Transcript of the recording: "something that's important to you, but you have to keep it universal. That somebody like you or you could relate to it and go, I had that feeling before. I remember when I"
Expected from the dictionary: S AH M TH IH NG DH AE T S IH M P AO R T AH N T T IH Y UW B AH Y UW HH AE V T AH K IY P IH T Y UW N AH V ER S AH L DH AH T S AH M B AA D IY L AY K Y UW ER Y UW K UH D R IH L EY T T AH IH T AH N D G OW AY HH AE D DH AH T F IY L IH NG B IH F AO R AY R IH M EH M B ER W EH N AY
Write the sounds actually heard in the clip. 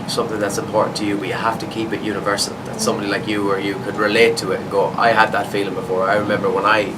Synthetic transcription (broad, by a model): S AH M TH IH NG DH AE T S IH M P AO R T N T T IH Y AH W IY HH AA F T AH K IY P IH T Y UW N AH V ER S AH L DH AH T S AH M B AA D IY L AY K Y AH ER Y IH K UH D R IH L EY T T AH IH T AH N G OW AY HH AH D DH AH T F IY L IH NG B IH F AO R AY R IH M EH M B ER W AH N AY